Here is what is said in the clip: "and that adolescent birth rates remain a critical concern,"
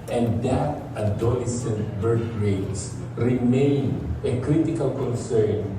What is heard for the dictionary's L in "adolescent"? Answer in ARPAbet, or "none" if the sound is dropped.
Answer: none